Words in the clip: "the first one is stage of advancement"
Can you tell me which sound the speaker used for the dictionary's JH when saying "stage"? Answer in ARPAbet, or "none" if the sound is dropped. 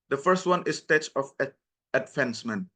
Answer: CH